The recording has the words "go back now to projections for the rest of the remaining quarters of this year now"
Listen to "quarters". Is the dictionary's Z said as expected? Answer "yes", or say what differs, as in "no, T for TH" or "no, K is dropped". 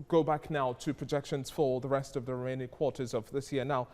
yes